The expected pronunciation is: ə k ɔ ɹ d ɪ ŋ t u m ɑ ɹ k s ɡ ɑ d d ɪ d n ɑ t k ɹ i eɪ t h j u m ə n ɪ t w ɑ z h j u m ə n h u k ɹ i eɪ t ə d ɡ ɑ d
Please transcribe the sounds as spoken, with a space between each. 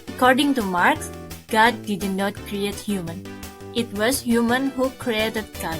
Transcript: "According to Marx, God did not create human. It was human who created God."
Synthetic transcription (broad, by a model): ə k ɔ ɹ d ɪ ŋ t u m ɑ ɹ k s ɡ ɑ d d ɪ d n ɑ t k ɹ i eɪ t h j u m ə n ɪ t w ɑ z h j u m ə n h u k ɹ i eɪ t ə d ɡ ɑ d